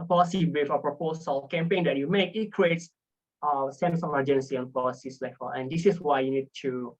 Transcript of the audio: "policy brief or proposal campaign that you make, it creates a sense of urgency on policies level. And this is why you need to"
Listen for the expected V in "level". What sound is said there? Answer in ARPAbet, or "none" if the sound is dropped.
F